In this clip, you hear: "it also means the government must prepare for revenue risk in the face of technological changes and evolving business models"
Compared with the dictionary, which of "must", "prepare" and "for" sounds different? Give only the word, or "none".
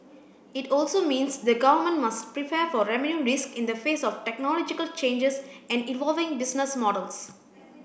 none